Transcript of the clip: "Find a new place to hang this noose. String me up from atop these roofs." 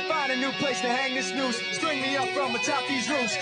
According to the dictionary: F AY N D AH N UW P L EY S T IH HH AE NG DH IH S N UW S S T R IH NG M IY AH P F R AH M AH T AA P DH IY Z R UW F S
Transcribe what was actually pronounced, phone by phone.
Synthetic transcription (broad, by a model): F AY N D AH N UW P L EY S T IH HH AE NG DH IH S N UW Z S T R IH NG M IY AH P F R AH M AH T AA P DH IY Z R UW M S